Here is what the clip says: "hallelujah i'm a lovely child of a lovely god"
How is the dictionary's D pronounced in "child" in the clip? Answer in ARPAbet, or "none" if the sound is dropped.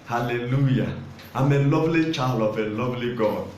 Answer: none